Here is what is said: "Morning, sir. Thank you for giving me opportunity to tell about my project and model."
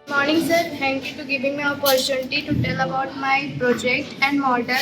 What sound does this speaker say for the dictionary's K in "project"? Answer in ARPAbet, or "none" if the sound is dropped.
K